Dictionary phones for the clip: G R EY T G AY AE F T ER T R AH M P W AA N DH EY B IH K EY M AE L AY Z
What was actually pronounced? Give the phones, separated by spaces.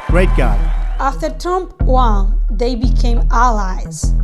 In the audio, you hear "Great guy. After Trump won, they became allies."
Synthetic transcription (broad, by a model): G R EY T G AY AE F T ER T AH M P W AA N DH EY B IH K EY M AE L AY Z